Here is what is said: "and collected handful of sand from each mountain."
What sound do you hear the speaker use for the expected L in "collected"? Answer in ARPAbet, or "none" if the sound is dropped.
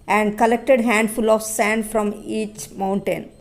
L